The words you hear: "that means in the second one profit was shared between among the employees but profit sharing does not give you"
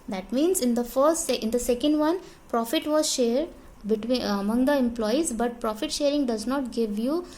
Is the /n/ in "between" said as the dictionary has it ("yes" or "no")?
no